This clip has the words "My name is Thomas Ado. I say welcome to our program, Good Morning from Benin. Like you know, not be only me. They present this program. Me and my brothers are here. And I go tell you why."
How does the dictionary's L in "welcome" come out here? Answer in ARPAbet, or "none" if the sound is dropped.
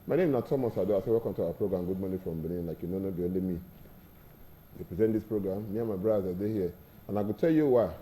none